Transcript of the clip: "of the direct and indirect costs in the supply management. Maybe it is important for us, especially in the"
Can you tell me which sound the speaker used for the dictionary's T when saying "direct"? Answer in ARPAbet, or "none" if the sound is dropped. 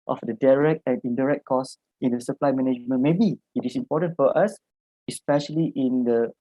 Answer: T